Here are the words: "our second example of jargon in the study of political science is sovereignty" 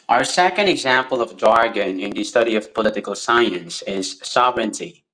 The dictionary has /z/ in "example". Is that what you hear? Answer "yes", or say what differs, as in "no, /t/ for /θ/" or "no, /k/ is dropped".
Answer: yes